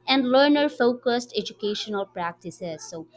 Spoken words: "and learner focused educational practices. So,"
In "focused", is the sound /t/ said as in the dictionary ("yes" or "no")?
yes